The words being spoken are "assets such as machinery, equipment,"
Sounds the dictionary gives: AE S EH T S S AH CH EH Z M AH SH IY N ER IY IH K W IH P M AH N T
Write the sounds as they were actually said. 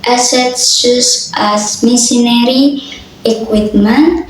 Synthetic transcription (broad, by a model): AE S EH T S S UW S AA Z M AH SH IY N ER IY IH K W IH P M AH N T